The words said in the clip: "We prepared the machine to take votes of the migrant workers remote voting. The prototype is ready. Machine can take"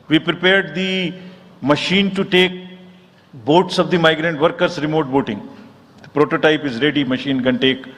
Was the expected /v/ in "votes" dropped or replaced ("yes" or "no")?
yes